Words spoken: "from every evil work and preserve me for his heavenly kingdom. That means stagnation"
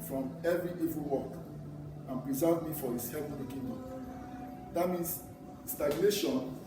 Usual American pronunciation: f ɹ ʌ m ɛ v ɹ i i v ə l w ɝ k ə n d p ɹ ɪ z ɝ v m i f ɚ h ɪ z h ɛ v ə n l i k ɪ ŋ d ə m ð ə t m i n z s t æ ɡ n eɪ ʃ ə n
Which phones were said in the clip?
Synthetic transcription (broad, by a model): f ɹ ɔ m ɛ v ɹ i i v ə l w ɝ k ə n p ɹ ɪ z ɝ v m i f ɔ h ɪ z h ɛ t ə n i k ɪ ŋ d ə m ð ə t m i n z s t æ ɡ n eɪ ʃ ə n